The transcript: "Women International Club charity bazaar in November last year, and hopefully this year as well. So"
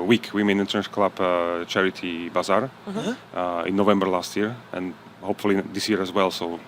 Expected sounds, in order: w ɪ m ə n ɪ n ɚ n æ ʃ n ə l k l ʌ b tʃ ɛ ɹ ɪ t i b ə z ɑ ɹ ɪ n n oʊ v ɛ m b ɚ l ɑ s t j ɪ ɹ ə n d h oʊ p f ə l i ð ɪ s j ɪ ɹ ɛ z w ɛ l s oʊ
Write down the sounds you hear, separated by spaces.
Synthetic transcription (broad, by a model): w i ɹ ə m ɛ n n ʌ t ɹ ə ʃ k l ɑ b tʃ ɛ ɹ ɪ t i b ə z ɑ ɹ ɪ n n oʊ v ɛ m b ɚ l ɑ s t j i ɹ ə n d h oʊ p f ə l i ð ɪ s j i ɹ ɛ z w ɛ l s oʊ